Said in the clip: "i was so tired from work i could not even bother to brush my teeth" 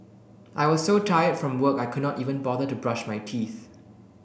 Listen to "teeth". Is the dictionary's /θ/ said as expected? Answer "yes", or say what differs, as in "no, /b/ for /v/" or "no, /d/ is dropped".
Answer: yes